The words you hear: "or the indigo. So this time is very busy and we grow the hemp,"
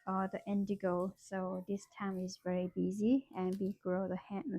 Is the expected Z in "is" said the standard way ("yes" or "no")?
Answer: yes